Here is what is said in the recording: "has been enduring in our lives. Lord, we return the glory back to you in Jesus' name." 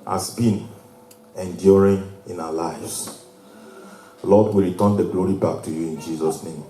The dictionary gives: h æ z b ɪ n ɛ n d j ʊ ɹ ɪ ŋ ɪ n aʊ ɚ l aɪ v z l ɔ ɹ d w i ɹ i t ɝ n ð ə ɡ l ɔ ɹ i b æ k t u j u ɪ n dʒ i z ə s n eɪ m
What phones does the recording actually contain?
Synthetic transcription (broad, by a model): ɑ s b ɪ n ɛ n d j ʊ ɹ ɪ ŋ ɪ n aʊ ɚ l aɪ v s l ɔ d w i ɹ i t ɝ n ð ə ɡ l ɔ ɹ i b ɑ k t u j u ɪ n dʒ i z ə s n eɪ m